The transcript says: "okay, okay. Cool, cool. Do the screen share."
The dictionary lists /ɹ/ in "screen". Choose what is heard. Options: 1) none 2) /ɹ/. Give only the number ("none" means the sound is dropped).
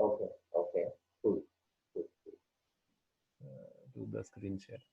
2